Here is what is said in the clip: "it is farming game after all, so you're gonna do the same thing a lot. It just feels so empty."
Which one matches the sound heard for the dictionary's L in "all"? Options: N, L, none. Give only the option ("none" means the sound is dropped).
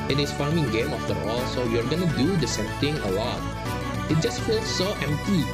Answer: L